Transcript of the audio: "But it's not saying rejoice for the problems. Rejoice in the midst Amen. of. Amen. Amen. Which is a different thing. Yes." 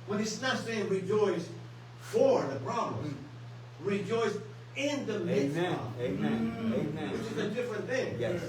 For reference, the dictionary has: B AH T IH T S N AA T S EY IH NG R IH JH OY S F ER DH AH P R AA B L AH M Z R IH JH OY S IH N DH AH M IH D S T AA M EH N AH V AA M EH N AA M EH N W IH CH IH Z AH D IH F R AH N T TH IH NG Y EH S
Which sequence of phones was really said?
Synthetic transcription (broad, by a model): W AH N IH S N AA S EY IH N R IH JH OY S F ER DH AH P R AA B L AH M R IH JH OY S IH N DH AH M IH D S AA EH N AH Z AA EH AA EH W IH CH IH Z AH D IH F R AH N TH IH NG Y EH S